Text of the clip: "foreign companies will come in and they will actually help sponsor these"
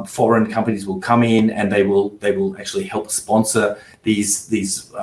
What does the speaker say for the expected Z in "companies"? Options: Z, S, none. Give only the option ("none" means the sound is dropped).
Z